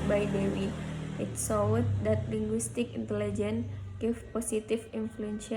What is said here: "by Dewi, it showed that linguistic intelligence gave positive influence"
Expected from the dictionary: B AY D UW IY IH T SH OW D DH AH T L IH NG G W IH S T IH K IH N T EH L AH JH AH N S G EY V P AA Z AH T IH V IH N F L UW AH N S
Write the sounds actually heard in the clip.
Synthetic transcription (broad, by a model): B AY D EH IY IH T S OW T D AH T L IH NG G W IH S T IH K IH N T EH L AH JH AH N G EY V P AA S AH T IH F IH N F L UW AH N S